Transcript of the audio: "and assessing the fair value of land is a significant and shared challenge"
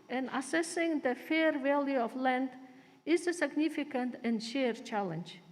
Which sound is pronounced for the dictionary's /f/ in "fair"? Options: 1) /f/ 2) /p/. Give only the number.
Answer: 1